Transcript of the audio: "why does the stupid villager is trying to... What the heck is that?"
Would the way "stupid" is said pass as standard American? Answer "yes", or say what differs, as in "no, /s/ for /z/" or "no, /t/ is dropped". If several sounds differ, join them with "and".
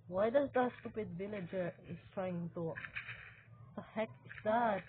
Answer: yes